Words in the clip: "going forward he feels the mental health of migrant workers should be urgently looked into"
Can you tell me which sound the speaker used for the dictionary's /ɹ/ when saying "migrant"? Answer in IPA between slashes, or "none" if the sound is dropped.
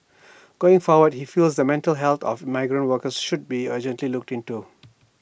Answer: /ɹ/